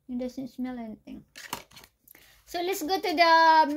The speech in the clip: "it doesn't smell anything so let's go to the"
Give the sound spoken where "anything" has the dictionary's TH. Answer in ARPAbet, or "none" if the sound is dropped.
T